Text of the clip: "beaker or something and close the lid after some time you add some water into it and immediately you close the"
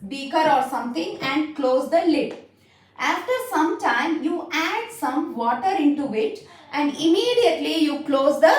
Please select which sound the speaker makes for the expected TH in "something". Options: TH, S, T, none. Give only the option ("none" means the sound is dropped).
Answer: T